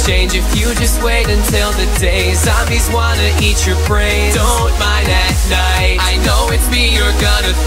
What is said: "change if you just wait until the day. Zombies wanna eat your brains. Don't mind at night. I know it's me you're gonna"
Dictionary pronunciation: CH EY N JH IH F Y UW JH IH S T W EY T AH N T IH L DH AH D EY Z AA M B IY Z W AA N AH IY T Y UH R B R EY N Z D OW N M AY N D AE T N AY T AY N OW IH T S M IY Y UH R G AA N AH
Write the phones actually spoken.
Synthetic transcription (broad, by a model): CH EY N JH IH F Y UW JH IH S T W EY T AH N T IH L DH AH D EY S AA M IY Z W AA N AH IY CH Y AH R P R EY D OW N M AY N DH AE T N AY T AY N OW IH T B IY Y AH R G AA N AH